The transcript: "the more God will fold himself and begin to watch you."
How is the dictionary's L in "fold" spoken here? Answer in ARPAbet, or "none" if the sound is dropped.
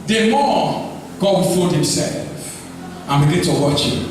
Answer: none